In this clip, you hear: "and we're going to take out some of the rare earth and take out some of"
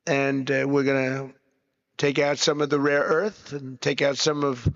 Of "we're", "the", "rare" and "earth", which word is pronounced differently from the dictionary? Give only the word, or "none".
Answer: none